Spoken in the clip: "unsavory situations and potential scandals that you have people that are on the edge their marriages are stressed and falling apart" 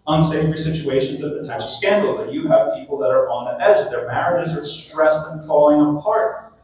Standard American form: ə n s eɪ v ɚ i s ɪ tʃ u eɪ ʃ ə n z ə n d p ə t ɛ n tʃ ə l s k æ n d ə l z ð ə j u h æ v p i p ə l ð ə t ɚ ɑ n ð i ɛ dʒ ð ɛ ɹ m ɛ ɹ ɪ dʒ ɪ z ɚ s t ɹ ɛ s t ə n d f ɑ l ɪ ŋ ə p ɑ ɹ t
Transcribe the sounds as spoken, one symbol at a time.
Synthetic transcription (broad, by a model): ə n s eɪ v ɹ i s ɪ tʃ u eɪ ʃ ə n z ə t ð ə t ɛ tʃ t s k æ n d l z ð ə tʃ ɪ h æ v p i p l ð ə t ɚ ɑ n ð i ɛ dʒ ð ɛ ɹ m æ ɹ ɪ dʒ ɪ z ɚ s t ɹ ɛ s t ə n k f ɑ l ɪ ŋ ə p ɑ ɹ t